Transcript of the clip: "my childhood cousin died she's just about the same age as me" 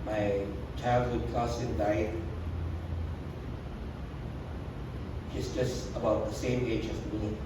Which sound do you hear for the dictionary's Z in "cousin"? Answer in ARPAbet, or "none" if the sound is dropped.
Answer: S